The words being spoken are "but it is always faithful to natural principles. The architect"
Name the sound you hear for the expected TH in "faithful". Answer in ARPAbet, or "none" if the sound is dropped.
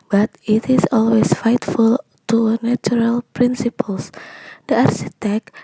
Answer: T